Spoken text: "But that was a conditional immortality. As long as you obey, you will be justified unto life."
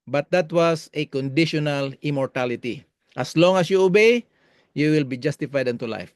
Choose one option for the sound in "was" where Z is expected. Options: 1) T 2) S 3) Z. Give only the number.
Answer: 2